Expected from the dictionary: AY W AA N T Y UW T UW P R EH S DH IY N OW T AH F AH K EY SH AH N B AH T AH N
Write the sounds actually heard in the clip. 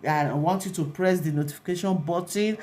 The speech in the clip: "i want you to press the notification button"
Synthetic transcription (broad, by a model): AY W AA N T Y UW T UW P R EH S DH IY N OW T AH F AH K EY SH AH N B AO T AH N